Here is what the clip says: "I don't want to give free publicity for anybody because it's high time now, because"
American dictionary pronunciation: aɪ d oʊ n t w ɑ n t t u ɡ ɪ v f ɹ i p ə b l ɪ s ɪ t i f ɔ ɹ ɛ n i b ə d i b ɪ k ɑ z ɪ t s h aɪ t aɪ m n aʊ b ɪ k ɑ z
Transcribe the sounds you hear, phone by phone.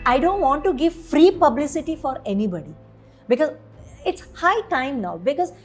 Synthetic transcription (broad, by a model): aɪ d oʊ n t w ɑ n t t u ɡ ɪ v f ɹ i p ə b l ɪ s ɪ t i f ɔ ɹ ɛ n i b ə d i b ɪ k ɑ z ɪ t s h aɪ t aɪ m n aʊ b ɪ k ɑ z